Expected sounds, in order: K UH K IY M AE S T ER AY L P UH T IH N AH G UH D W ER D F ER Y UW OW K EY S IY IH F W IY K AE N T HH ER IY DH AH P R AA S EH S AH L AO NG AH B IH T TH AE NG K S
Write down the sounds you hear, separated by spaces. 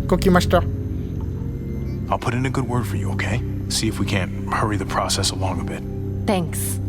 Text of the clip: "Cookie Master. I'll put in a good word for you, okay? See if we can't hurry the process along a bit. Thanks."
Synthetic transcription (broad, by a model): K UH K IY M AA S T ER AY L P UH T IH N AH G UH D W ER D F ER Y UW OW K EY S IY IH F W IY K AE N T HH ER IY DH AH P R AA S EH S AH L AO NG AH B IH T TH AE NG K S